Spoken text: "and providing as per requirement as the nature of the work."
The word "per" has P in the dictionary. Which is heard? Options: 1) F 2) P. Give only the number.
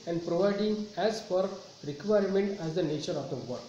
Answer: 1